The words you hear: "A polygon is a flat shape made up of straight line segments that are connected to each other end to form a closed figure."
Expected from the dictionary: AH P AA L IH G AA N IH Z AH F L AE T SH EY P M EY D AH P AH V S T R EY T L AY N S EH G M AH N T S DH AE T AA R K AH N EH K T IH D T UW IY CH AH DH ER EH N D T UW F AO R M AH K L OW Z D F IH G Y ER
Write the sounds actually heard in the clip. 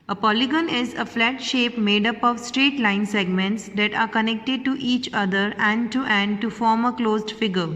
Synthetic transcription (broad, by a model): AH P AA L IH G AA N IH Z AH F L AE T SH EY P M EY D AH P AH V S T R EY T L AY N S EH G M AH N T S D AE T AA R K AH N EH K T IH D T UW IY CH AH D ER EH N D T UW F AO R M AH K L OW Z D F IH G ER